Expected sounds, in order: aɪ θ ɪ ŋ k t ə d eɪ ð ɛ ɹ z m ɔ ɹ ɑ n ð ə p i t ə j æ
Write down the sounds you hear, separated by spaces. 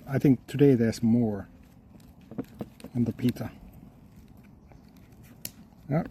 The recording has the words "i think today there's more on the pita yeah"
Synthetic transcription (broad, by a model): aɪ θ ɪ ŋ k t ə d eɪ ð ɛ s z m ɔ ɹ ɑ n ð ə p i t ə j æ